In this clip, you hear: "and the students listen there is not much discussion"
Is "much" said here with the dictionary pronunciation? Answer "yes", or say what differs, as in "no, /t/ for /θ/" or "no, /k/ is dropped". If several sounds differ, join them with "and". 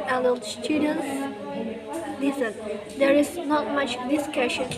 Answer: yes